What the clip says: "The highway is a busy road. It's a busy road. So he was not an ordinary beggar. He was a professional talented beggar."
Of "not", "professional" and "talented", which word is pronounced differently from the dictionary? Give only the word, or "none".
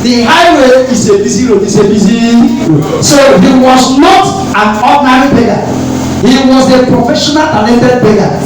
talented